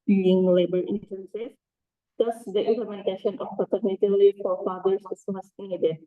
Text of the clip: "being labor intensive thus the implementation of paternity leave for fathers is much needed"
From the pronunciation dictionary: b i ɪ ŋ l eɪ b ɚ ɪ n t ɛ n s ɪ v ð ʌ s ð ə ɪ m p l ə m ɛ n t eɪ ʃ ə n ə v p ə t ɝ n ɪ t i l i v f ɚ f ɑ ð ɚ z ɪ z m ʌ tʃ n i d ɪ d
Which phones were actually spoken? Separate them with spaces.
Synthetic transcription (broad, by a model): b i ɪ ŋ l eɪ b ɚ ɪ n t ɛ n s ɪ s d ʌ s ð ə ɪ m p l ə m ɛ n t eɪ ʃ ə n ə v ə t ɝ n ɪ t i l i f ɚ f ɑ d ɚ s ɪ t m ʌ s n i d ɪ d